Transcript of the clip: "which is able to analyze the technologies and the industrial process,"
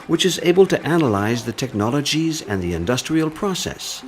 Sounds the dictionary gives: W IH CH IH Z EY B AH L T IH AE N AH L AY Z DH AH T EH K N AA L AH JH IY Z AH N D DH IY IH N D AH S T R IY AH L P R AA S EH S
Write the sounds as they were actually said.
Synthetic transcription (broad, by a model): W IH CH IH Z EY B AH L T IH AE N AH L AY Z DH AH T EH K N AA L AH JH IY Z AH N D DH IY IH N D AH S T R IY AH L P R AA S EH S